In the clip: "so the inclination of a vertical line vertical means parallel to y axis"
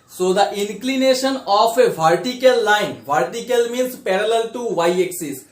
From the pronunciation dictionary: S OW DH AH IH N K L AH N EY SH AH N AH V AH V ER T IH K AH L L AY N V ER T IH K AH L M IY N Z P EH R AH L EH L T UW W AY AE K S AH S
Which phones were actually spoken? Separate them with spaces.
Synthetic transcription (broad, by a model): S OW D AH IH N K L AH N EY SH AH N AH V AH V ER T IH K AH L L AY N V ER T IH K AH L M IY N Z P EH R AH L EH L T UW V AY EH K S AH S